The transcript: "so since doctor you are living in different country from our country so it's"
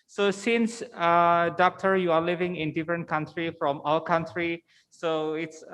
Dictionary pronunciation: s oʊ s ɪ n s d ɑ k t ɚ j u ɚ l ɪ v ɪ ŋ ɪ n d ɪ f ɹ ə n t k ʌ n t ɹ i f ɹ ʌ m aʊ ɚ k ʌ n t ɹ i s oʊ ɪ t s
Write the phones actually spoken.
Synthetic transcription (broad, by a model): s oʊ s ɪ n s d ɑ k t ɚ j u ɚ l ɪ v ɪ ŋ ɪ n d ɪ f ɹ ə n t k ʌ n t ɹ i f ɹ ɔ m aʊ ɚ k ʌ n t ɹ i s oʊ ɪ t s